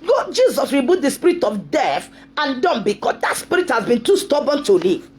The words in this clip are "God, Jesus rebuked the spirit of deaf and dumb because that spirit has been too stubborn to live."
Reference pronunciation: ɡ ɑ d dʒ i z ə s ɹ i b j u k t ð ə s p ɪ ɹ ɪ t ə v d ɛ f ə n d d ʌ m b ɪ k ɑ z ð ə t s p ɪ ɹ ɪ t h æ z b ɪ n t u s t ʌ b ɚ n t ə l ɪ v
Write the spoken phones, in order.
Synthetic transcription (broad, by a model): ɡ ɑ dʒ i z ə s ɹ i b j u t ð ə s p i ɹ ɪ t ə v d ɛ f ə n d d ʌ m b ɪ k ɑ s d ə t s p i ɹ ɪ t h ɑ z b ɪ n t u s t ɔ b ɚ n t ə l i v